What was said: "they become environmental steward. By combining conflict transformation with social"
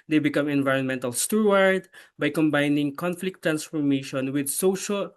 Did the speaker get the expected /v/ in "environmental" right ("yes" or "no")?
yes